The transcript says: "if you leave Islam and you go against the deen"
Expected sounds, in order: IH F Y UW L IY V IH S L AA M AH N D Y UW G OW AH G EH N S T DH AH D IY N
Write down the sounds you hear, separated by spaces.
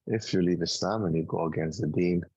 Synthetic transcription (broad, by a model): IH F Y UW L IY V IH S AA M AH N Y UW G OW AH G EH N S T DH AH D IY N